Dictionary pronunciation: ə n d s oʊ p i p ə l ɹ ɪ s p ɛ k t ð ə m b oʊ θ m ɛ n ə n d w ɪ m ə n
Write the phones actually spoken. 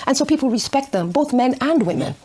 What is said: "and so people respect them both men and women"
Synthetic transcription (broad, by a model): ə n s oʊ p i p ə l ɹ ɪ s p ɛ k t ð ə m b oʊ θ m ɛ n ə n d w ɪ m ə n